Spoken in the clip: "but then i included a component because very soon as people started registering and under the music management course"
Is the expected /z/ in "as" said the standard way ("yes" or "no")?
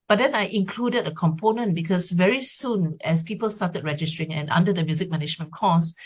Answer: no